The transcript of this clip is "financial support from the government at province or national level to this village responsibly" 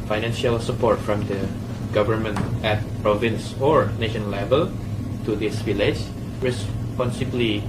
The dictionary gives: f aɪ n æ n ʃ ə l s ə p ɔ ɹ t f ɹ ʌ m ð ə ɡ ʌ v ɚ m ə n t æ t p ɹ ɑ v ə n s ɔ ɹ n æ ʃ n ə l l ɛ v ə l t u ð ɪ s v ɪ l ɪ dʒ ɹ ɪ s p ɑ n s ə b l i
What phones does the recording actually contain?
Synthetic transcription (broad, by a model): f aɪ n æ n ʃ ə l s ə p ɔ ɹ t f ɹ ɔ m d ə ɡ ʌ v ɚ m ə n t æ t p ɹ ɑ v ə n s ɔ ɹ n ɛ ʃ ə n l ɛ v ə l t u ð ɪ s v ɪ l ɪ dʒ ɹ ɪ s p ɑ n s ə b l i